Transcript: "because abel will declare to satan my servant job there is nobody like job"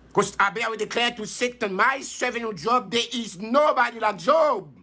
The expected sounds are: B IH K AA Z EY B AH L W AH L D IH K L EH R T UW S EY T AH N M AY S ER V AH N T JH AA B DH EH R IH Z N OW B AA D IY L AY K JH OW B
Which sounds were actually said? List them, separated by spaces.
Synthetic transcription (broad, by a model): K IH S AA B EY AH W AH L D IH K L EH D T UW S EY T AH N M AY S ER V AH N JH AA B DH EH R IH Z N OW B AA D IY L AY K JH OW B